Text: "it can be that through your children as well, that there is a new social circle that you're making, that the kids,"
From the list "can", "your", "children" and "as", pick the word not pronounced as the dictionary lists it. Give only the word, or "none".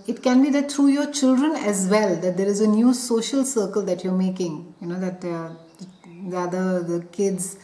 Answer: none